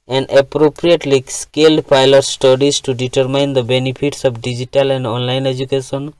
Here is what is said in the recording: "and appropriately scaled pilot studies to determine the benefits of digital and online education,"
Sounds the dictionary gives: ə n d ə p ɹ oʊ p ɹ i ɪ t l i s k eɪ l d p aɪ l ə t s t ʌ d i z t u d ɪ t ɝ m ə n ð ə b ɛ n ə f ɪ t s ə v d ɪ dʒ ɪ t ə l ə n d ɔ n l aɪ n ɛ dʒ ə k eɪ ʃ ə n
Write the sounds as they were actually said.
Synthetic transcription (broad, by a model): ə n d ə p ɹ oʊ p ɹ i ɪ t l i s k eɪ l d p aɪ l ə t s t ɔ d i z t u d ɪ t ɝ m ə n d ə b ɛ n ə p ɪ t s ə p d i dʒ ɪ t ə l ə n d ɔ n l aɪ n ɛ dʒ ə k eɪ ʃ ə n